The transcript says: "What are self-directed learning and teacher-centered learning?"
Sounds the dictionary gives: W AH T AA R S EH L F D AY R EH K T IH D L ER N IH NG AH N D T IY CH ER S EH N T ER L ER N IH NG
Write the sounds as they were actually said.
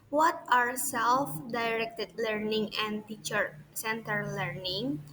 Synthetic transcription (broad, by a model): W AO T AA R S EH L F D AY R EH K T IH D L ER N IH NG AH N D T IY CH ER S EH N T ER L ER N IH NG